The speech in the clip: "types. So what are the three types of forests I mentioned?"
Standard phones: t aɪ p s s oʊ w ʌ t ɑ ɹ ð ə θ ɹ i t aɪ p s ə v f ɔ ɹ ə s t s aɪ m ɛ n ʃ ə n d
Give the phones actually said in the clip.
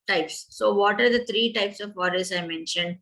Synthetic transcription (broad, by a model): t aɪ p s s oʊ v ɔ t ɑ ɹ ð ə t ɹ i t aɪ p s ə v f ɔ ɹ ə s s aɪ m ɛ n ʃ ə n d